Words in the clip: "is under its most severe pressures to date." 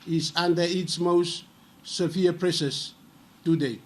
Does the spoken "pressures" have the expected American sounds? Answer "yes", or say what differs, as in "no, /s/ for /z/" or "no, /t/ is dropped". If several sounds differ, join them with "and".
no, /s/ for /ʃ/ and /s/ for /z/